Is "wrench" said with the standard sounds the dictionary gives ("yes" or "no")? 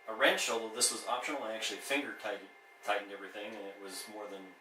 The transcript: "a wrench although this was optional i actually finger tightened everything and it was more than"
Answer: no